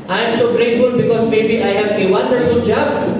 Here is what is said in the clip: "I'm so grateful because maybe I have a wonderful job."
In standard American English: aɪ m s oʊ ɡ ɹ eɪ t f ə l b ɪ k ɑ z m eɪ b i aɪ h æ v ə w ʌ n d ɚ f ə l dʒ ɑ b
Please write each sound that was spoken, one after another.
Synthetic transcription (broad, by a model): aɪ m s oʊ ɡ ɹ eɪ t f ə l b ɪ k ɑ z m eɪ b i aɪ h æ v ə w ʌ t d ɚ ə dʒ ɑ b